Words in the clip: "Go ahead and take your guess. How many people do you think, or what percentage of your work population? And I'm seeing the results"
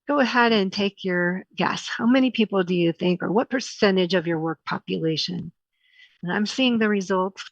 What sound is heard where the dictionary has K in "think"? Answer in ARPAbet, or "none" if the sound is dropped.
K